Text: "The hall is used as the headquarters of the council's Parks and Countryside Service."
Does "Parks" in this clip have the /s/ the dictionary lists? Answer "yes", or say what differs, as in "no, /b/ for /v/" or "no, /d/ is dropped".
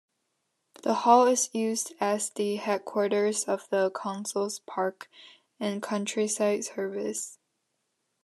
no, /s/ is dropped